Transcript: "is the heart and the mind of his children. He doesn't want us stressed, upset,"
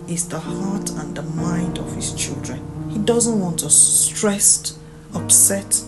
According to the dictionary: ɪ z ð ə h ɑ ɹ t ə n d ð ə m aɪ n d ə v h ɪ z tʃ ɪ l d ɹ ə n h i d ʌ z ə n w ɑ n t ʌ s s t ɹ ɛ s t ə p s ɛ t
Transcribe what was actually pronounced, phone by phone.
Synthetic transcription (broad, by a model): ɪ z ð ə h ɑ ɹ t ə n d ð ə m aɪ n d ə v h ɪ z tʃ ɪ l d ɹ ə n h i d ʌ z ə n w ɑ n t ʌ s s t ɹ ɛ s t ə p s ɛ t